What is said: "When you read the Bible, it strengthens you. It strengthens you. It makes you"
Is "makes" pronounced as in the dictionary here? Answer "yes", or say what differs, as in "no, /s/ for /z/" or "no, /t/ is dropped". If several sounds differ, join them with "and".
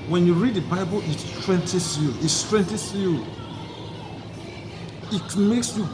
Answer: yes